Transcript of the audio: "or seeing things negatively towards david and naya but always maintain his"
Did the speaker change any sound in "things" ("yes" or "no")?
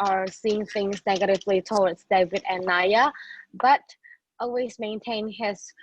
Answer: no